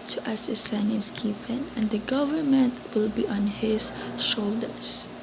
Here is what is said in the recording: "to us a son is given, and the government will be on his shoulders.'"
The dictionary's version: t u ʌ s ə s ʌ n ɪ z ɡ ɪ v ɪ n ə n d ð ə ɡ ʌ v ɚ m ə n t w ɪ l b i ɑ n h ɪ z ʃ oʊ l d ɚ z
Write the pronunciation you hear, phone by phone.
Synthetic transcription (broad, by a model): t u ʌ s ə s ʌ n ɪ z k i p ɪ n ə n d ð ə ɡ ʌ v ɚ m ə n t w ɪ l b i ɑ n h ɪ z ʃ oʊ l d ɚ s